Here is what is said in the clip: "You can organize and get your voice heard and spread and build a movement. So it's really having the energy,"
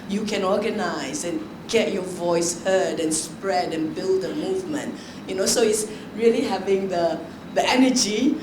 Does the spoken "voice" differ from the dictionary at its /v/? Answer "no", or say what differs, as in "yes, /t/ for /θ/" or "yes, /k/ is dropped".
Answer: no